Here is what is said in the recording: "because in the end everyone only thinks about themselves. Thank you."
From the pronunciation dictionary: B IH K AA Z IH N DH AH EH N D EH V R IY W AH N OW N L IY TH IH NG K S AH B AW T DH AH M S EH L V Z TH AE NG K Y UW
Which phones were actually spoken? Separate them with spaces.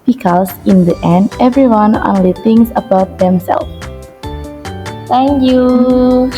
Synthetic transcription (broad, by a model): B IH K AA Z IH N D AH EH N D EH V R IY W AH N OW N L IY T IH NG S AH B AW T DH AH M S EH L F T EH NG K Y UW